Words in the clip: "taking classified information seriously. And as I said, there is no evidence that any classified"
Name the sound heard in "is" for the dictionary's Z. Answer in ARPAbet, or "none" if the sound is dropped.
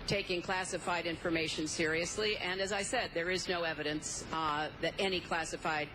Z